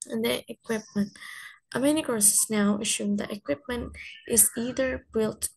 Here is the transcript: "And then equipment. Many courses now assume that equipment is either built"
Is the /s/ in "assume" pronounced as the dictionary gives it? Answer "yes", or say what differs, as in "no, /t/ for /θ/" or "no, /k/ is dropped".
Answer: no, /ʃ/ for /s/